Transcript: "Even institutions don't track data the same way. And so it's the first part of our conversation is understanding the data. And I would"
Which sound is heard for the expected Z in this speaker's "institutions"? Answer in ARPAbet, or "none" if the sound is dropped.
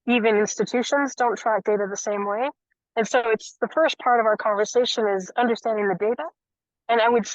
Z